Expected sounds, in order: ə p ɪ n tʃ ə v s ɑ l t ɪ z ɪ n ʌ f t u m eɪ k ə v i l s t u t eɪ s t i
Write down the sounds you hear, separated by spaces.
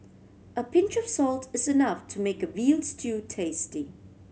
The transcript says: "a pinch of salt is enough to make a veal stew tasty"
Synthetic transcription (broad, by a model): ə p ɪ n tʃ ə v s ɑ l t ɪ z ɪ n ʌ f t u m eɪ k ə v i l s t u t eɪ s t i